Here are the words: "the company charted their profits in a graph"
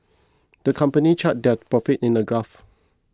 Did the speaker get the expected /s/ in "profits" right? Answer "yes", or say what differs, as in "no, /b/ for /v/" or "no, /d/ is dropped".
no, /s/ is dropped